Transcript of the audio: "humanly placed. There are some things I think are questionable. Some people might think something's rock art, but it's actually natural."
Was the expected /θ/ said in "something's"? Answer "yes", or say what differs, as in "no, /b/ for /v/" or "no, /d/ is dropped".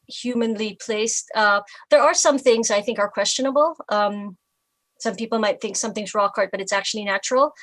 yes